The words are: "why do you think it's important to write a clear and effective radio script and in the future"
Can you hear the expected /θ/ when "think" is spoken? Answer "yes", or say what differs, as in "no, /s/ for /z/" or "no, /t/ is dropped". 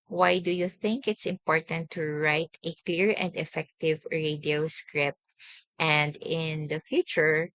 yes